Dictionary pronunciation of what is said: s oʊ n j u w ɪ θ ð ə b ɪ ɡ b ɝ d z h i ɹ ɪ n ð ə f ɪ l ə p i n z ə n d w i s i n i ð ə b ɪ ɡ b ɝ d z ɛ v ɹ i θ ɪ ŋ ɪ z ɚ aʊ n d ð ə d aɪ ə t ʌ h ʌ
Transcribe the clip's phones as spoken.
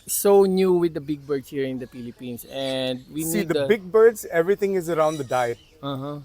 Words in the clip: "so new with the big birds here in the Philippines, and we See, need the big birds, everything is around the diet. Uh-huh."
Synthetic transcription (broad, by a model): s oʊ n j u w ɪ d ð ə b ɪ ɡ b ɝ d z h i ɹ ɪ n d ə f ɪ l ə p i n s ə n d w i i n i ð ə b ɪ ɡ b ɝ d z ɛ v ɹ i t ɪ ŋ ɪ z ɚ aʊ n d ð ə d aɪ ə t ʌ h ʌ